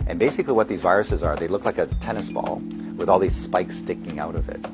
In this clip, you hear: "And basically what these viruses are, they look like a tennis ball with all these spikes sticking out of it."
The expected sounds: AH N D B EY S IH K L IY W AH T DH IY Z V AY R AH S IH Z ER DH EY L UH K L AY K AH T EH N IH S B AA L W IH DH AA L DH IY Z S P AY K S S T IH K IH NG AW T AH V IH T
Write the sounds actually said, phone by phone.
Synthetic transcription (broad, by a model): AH N B EY S IH K L IY W AH T DH IY Z V AY R AH S IH Z ER DH EY L UH K L AY K AH T EH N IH S B AA L W IH DH AA L DH IY Z S P AY K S S T IH K IH NG AW T AH V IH T